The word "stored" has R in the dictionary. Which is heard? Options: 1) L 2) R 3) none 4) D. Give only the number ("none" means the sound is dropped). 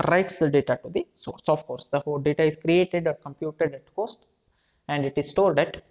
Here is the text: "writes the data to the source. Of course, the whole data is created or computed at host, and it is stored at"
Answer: 1